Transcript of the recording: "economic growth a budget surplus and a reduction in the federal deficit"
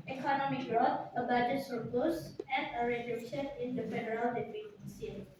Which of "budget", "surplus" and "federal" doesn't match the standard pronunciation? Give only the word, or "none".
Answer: surplus